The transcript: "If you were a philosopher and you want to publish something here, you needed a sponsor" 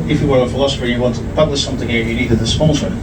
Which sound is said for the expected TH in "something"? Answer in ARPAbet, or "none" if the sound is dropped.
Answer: TH